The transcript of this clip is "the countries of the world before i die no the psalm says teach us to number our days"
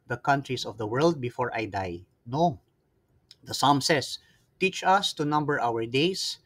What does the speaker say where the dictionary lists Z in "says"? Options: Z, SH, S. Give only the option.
S